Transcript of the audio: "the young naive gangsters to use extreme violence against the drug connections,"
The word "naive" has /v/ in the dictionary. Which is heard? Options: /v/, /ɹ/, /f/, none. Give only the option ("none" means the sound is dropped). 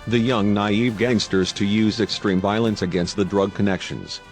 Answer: /v/